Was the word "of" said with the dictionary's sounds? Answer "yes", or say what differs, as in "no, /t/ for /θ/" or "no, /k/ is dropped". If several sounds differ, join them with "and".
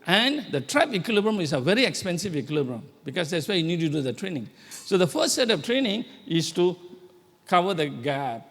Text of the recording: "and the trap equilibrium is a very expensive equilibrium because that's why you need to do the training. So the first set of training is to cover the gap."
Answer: no, /f/ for /v/